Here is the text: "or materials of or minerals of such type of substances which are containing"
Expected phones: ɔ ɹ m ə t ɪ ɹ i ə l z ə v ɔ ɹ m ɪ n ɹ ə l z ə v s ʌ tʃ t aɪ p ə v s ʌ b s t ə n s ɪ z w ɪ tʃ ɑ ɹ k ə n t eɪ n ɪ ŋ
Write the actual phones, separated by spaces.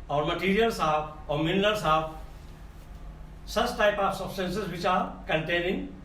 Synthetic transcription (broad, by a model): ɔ ɹ m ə t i ɹ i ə l s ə b ɔ ɹ m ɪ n l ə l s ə b s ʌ s t aɪ p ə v s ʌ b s t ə n s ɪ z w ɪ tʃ ɑ ɹ k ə n t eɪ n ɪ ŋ